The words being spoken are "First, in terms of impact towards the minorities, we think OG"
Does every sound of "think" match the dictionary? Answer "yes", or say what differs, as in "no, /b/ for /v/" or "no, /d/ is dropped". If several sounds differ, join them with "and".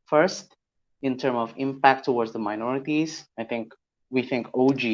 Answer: yes